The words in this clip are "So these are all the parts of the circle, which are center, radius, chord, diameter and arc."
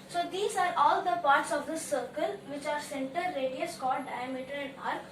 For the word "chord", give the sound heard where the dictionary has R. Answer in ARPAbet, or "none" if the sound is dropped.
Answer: L